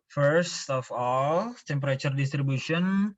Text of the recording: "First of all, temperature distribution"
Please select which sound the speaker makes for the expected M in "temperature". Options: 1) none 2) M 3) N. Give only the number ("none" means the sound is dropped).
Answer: 2